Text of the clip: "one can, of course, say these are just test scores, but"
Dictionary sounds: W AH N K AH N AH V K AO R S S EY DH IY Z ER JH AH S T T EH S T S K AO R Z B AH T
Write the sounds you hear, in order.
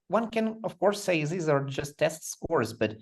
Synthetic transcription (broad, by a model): W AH N K AH N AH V K AO R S S EY DH IY Z ER JH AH S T T EH S T S K AO R Z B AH T